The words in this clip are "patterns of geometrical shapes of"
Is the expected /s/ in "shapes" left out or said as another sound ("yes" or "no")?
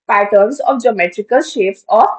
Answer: yes